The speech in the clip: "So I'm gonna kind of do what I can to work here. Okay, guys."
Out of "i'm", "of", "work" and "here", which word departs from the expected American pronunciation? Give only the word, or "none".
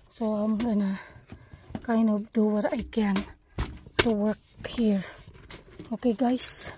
of